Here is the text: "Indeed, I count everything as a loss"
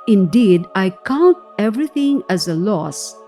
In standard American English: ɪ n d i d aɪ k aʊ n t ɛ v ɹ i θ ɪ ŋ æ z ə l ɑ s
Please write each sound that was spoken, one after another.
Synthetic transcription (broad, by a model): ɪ n d i d aɪ k aʊ n t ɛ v ɹ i t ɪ ŋ æ z ə l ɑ s